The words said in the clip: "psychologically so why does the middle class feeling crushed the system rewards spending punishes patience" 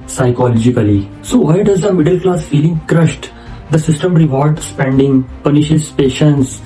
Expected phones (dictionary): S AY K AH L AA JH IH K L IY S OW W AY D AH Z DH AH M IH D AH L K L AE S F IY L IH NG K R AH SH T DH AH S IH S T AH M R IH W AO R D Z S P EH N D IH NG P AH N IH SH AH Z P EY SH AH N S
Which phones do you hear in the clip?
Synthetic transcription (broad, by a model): S AY K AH L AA JH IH K L IY S OW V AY D AH Z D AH M IH D AH L K L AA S F IY L IH NG K R AH SH T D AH S IH S T AH M R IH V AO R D S P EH N D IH NG P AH N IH SH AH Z P EY SH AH N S